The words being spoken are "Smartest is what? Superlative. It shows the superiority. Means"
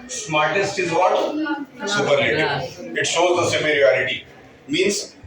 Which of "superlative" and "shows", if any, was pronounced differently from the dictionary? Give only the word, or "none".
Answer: superlative